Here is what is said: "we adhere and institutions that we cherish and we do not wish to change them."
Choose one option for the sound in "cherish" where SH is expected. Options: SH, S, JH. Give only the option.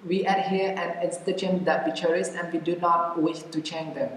S